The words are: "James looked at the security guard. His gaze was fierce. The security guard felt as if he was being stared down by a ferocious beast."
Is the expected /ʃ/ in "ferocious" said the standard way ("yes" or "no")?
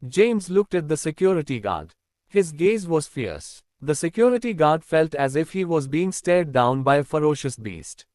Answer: yes